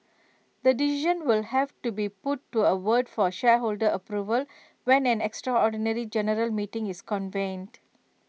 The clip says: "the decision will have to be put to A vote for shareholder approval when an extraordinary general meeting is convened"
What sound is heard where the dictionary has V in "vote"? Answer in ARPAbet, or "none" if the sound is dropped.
W